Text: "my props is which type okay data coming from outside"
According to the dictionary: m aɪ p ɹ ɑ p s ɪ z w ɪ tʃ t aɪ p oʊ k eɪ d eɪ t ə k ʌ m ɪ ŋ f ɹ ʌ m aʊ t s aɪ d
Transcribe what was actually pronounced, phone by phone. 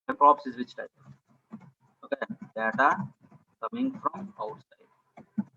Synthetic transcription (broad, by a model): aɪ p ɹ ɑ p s ɪ z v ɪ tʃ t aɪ oʊ k eɪ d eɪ t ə k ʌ m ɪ ŋ f ɹ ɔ m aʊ t s aɪ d